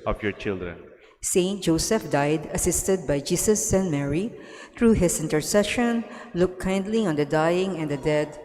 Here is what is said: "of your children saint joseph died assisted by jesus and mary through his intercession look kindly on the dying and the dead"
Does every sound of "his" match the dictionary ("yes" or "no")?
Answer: no